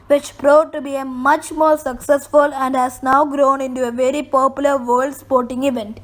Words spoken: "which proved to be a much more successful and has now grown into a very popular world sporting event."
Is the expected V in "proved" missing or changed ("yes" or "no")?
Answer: yes